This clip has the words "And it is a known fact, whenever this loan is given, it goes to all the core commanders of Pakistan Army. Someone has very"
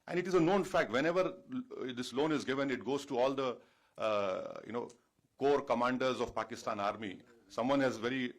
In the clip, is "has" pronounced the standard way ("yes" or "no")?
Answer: yes